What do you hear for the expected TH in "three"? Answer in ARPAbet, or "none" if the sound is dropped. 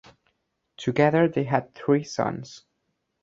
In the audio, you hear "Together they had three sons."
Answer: TH